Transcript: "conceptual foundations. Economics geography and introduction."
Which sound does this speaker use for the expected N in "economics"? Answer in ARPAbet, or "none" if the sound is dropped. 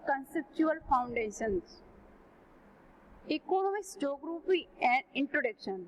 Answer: L